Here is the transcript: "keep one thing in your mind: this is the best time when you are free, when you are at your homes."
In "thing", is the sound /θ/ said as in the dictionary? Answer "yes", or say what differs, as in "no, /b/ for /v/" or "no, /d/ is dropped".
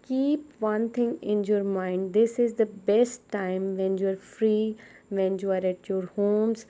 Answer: no, /t/ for /θ/